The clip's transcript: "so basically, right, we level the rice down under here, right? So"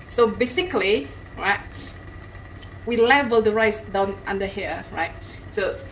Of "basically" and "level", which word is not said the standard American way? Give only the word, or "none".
none